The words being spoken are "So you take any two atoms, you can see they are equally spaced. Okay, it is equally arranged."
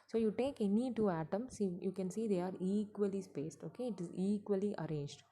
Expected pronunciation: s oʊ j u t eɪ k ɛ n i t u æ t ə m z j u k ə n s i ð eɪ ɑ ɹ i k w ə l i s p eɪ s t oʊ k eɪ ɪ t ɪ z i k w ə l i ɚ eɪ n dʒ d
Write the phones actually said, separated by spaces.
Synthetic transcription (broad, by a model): s oʊ j u t eɪ k ɛ n i t u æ t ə m s j u k ə n s i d eɪ ɑ ɹ i k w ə l i s p eɪ s t oʊ k eɪ ɪ t ɪ z i k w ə l i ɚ eɪ n dʒ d